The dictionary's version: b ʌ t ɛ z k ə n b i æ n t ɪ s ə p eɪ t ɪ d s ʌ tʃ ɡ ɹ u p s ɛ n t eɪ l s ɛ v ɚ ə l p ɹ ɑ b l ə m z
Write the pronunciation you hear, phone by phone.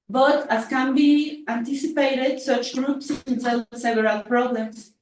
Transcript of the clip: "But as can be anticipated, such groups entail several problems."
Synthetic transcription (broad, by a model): b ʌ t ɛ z k ə n b i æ n t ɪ s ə p eɪ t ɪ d s ʌ tʃ ɡ ɹ u p s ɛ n s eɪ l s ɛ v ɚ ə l p ɹ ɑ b l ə m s